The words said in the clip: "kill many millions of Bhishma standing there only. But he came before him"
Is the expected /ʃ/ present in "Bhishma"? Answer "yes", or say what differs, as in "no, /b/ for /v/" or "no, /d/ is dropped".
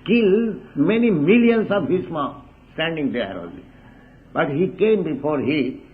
no, /s/ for /ʃ/